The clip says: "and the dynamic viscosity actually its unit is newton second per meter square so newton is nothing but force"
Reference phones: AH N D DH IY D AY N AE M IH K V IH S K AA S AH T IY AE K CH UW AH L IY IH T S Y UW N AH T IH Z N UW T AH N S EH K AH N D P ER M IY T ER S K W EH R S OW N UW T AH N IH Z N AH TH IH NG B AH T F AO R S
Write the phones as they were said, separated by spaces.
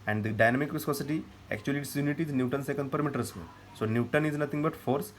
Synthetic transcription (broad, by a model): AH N D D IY D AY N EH M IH K V IH S K AA S AH T IY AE K CH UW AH L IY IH T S Y UW N AH T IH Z N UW T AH N S EH K AH N D P ER M IY T ER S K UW L S OW N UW T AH N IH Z N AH T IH NG B AH T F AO R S